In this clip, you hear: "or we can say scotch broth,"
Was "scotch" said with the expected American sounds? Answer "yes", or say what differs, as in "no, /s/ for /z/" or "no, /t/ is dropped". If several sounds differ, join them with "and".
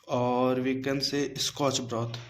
yes